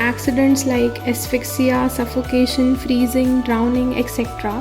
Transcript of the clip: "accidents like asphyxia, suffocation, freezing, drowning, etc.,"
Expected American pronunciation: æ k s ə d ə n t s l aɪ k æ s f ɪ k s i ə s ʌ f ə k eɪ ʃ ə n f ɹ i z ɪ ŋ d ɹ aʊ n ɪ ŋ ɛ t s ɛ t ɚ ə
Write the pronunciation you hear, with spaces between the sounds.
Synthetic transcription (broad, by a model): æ k s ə d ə n t s l aɪ k æ s f ɪ k s i ə s ʌ f ə k eɪ ʃ ə n f ɹ i z ɪ ŋ d ɹ aʊ n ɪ ŋ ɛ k s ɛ t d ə